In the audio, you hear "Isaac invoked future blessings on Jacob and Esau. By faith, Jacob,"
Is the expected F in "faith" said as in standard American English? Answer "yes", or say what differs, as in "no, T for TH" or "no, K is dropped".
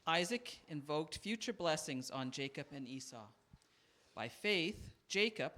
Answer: yes